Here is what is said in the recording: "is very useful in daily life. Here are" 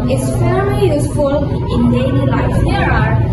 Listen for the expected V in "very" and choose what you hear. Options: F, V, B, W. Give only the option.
F